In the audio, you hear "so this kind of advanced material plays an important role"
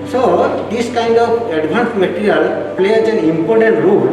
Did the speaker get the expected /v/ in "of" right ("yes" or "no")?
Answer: no